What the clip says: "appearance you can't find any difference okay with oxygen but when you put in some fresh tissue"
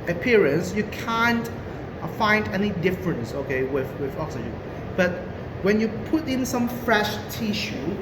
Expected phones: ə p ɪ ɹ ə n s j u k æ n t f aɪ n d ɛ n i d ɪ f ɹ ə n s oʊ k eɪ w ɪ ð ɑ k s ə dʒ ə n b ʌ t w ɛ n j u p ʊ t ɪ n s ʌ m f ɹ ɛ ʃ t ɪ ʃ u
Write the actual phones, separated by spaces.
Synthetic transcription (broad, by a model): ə p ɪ ɹ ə n s j u k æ n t f aɪ n d ɛ n i d ɪ f ɹ ə n s oʊ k eɪ w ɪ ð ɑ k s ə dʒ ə b ʌ t w ɛ n j u p ʊ t ɪ n s ʌ m f ɹ ɛ ʃ t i ʃ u